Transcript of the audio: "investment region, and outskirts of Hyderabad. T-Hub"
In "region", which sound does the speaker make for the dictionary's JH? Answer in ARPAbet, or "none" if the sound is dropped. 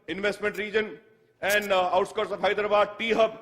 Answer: JH